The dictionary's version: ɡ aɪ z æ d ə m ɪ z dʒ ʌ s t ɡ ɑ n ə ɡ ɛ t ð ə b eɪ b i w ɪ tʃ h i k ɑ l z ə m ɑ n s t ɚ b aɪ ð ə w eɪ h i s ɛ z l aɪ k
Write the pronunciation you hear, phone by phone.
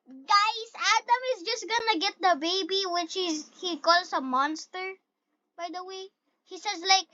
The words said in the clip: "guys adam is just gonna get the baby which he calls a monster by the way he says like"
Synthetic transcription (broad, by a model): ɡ aɪ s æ d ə m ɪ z dʒ ʌ s t ɡ ɑ n ə ɡ ɛ t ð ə b eɪ b i w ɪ tʃ h i k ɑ l s ə m ɑ n s t ɚ b aɪ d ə w eɪ h i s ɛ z l aɪ k